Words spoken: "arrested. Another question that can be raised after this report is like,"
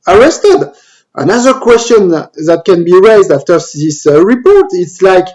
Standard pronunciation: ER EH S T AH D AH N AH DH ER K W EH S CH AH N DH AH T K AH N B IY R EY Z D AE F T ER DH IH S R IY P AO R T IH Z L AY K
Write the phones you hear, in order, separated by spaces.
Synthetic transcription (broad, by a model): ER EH S T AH D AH N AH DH ER K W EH S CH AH N DH AH T K AH N B IY R EY Z D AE F T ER DH IH S R IY P AO R T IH S L AY K